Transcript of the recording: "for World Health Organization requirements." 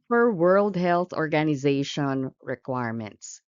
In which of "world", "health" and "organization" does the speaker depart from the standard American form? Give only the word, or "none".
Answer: none